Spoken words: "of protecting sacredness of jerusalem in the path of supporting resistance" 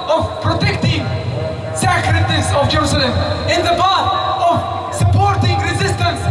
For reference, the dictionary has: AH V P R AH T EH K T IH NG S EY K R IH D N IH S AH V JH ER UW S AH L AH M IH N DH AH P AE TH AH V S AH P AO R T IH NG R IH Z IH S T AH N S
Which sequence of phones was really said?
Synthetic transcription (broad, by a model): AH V P R AH T EH K T IH NG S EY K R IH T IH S AH V JH ER UW S AH L AH M IH N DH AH B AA T AH V S AH P AO R T IH NG R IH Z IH S T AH N S